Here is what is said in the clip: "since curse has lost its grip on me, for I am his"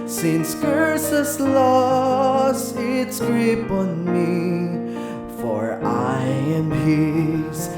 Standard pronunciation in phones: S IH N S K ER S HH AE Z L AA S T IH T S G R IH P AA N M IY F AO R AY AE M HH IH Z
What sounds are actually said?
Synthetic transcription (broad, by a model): S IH N S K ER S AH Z L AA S IH T S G R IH P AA N M IY F AO R AY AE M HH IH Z